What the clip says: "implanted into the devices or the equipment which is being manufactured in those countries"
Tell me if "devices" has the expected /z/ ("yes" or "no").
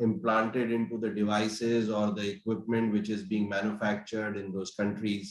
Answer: yes